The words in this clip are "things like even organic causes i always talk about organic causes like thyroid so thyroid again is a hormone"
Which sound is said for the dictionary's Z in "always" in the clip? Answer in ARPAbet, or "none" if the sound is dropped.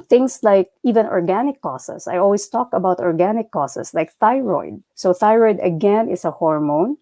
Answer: S